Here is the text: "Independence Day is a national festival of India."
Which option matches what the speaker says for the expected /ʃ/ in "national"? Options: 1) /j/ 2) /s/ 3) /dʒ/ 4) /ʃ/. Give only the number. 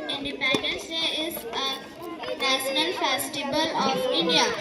2